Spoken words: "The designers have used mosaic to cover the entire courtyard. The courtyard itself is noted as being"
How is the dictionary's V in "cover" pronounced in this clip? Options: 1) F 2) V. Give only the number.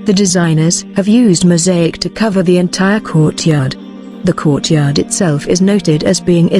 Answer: 2